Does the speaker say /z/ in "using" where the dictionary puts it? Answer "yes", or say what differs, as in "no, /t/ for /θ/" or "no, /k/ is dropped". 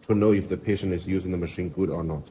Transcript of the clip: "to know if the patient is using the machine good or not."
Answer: yes